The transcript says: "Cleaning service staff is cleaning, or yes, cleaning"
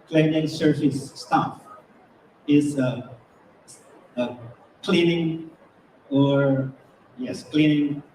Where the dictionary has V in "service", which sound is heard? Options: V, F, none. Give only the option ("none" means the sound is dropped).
F